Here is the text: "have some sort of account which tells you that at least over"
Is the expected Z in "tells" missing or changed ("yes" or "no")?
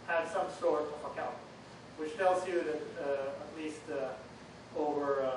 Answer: no